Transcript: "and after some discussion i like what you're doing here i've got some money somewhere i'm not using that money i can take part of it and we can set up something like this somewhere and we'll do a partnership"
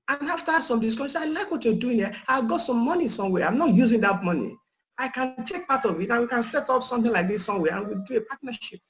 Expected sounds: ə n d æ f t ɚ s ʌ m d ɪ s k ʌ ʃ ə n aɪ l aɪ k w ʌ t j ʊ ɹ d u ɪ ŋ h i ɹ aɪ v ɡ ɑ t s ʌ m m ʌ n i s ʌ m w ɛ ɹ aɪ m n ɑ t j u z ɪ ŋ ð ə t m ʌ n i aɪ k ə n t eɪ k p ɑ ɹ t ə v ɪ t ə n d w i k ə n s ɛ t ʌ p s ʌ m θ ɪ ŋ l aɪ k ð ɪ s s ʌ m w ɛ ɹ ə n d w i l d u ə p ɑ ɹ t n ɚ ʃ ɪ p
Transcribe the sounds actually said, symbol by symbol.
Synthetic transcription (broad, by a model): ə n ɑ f t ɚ s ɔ m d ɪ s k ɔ s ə aɪ l aɪ k w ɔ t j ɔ d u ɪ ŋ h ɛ aɪ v ɡ ɑ t s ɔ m m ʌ n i s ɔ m w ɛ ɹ aɪ m n ɑ t j u z ɪ ŋ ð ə t m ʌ n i aɪ k ə n t eɪ k p ɑ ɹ t ə v ɪ t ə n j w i k ə n s ɛ t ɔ p s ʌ m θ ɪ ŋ l aɪ k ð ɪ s s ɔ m w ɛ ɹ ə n w i l d u ə p ɑ t n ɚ ʃ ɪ p